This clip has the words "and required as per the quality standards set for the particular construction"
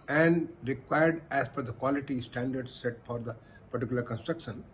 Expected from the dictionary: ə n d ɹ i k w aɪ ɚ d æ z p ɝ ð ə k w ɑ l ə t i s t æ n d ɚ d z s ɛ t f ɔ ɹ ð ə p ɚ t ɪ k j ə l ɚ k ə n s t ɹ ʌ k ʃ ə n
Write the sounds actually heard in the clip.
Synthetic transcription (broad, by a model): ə n d ɹ i k w aɪ ɚ d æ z f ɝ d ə k w ɑ l ə t i s t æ n d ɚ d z s ɛ t f ɔ ɹ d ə p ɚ t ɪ k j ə l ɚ k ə n s t ɹ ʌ k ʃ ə n